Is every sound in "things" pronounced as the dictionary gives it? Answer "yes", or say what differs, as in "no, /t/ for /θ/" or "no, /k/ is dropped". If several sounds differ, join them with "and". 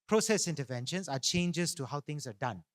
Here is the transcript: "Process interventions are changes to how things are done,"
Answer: no, /t/ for /θ/ and /s/ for /z/